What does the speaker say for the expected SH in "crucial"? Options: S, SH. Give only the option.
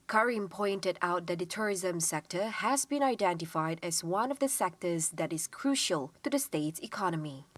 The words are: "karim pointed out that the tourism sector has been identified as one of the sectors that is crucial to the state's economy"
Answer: SH